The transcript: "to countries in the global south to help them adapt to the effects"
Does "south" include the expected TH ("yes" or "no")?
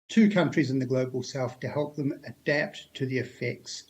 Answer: no